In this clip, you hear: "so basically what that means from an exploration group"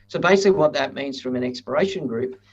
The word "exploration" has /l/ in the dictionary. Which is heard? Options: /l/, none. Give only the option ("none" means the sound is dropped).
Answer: none